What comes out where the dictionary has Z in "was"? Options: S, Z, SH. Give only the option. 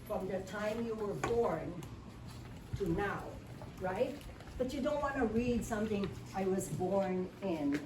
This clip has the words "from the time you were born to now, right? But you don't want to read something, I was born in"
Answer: Z